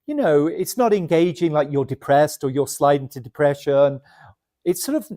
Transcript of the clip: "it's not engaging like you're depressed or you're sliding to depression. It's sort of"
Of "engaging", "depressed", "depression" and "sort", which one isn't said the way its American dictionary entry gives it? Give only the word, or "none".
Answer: none